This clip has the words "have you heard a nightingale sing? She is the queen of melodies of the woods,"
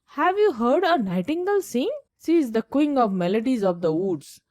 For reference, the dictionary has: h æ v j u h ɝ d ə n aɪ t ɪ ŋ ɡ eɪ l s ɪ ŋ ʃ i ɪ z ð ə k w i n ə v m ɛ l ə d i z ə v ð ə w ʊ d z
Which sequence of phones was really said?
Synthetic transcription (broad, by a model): h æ v j u h ɝ d ə n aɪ t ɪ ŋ ɡ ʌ l s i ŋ s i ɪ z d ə k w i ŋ ə v m ɛ l ə d i z ə v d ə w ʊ d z